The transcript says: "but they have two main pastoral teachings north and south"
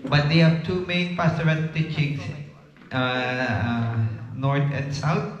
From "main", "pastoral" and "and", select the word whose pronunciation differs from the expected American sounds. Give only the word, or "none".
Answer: pastoral